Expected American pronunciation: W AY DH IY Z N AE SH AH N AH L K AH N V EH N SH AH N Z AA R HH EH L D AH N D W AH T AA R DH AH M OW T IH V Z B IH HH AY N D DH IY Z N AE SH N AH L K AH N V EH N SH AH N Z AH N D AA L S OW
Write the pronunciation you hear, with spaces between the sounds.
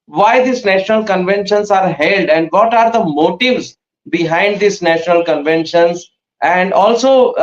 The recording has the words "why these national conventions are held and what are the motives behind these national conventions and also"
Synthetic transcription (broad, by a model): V AY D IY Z N AE SH AH N AH L K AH N V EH N SH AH N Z AA R HH EH L D AH N D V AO T AA R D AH M OW T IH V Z B IH HH AY N D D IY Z N AE SH N AH L K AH N V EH N SH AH N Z AH N D AA L S OW